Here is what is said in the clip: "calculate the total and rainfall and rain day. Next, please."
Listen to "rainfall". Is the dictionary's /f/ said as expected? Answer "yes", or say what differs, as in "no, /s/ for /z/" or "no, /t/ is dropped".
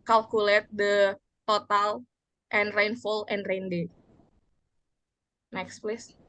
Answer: yes